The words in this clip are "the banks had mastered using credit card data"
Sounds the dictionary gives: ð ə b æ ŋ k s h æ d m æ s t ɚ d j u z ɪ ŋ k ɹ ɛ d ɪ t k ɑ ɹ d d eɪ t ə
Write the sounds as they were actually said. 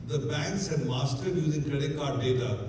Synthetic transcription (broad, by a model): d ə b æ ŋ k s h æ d m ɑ s t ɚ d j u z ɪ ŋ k ɛ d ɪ k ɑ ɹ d d eɪ t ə